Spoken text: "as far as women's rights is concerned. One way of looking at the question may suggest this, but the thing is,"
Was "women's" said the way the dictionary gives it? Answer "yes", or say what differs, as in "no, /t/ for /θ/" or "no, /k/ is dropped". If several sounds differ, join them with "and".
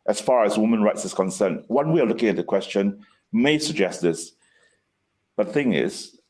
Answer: no, /z/ is dropped